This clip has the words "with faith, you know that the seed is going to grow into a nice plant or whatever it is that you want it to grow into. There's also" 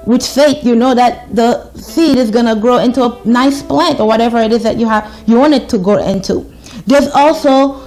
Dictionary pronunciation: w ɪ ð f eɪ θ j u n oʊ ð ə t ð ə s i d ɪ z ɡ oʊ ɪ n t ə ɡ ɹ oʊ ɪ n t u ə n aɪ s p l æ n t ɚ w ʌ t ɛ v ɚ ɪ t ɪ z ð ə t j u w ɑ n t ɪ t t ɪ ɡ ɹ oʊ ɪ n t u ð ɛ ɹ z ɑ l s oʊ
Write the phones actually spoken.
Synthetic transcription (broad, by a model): w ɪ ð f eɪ t j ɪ n oʊ ð ə t ð ə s i d ɪ z ɡ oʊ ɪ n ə ɡ ɹ oʊ ɪ n t u ə n aɪ s p l æ n t ɚ w ʌ t ɛ v ɚ ɪ t ɪ z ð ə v j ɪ w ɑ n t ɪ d t ɪ ɡ oʊ ɪ n t u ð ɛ ɹ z ɑ l s oʊ